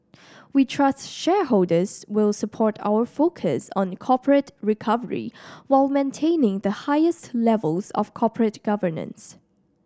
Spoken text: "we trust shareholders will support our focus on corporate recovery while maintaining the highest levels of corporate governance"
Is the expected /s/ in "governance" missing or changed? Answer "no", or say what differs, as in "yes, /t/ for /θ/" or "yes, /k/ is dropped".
no